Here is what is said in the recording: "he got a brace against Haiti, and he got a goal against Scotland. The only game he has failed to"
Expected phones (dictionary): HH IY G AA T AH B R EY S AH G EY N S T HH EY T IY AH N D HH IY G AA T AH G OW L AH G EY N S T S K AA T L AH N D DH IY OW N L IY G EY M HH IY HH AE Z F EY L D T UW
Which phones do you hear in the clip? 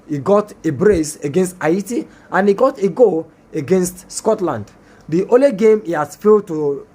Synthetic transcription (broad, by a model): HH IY G AA T AH B R EY S AH G EY N S T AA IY T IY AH N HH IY G AA T AH G OW AH G EY N S T S K AA T L AH N D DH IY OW L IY G EY M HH IY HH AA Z F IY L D T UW